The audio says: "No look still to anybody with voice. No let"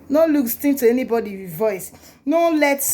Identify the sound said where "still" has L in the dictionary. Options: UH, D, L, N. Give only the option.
N